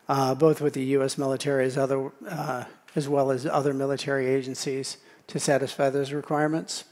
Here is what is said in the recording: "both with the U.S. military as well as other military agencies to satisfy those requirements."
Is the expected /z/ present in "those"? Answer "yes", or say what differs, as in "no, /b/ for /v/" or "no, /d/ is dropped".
yes